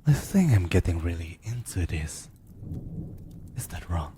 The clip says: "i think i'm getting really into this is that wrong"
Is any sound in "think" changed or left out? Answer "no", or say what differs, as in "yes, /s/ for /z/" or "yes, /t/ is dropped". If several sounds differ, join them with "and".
yes, /s/ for /θ/ and /k/ is dropped